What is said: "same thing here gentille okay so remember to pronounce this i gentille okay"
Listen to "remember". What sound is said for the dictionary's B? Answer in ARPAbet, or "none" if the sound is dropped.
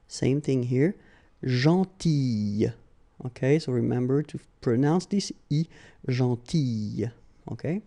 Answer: B